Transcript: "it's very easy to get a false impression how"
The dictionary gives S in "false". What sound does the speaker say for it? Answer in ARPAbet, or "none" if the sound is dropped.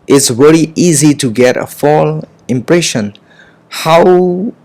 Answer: none